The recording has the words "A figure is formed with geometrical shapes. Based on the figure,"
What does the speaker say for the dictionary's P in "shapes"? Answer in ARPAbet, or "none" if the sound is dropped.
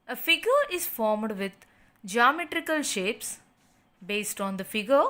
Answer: P